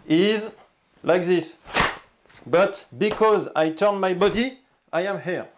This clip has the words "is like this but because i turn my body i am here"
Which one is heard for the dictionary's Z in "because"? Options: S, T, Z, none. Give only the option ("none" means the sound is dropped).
Z